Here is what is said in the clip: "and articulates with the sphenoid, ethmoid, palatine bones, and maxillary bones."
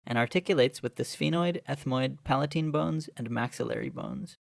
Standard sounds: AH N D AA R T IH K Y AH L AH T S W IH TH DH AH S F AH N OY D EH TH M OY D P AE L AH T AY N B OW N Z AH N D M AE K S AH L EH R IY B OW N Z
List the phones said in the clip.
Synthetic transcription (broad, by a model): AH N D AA R T IH K Y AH L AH T S W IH DH AH S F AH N OY D EH TH M OY D P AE L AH T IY N B OW N Z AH N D M AE K S AH L EH R IY B OW N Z